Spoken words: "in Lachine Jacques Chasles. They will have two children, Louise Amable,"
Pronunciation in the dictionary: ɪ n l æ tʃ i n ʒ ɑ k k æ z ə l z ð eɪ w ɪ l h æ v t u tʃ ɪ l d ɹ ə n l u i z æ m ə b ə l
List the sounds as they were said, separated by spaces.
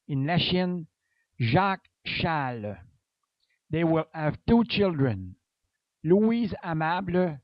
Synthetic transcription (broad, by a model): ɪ n l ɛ ʃ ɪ n ʒ ɑ k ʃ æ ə l ð eɪ w ɪ l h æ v t u tʃ ɪ l d ɹ ə n l u i z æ m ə b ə